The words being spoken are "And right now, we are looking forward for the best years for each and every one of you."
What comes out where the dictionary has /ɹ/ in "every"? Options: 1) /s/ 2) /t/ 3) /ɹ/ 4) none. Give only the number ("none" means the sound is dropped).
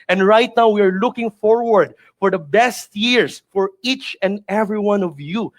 3